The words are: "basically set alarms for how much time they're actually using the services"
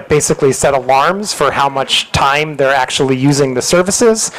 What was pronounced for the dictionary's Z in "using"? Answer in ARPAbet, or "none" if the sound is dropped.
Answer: Z